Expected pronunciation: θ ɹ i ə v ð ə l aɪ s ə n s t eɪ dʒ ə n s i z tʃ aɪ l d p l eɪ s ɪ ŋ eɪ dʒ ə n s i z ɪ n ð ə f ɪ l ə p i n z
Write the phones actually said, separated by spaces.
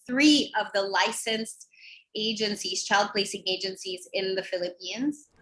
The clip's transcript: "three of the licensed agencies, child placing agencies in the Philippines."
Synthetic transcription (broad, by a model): θ ɹ i ə v ð ə l aɪ s ə n s t eɪ dʒ ə n s i z tʃ aɪ l d p l eɪ s ɪ ŋ eɪ dʒ ə n s i z ɪ n ð ə f ɪ l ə p i n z